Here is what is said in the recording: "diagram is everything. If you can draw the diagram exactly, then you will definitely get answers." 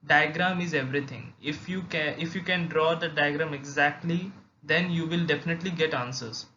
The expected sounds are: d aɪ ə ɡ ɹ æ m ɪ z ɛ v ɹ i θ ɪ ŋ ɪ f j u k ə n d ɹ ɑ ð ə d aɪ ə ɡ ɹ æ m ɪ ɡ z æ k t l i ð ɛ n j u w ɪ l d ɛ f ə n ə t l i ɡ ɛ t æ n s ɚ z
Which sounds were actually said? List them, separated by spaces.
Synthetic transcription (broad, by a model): d aɪ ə ɡ ɹ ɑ m ɪ z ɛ v ɹ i t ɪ ŋ ɪ f j u k ə n d ɹ ɑ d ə d aɪ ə ɡ ɹ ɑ m ɪ ɡ z æ k t l i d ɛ n j u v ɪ l d ɛ f ə n ə t l i ɡ ɛ t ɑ n s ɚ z